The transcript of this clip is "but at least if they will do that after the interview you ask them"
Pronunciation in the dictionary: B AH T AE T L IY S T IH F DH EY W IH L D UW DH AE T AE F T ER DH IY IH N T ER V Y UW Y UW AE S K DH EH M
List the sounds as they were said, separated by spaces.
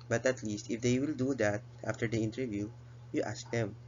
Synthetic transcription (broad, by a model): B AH T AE T L IY S T IH F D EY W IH L D UW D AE T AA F T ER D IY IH N T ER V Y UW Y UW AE S K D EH M